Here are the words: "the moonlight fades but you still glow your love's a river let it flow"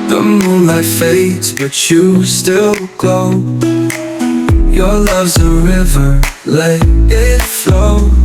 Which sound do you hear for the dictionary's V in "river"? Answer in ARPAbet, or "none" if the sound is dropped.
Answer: V